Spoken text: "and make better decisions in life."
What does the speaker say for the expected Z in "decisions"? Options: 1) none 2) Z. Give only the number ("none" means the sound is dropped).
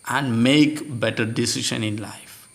1